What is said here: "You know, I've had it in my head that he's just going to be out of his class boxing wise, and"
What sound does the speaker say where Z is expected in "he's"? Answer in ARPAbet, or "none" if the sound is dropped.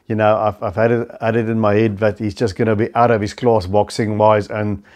Z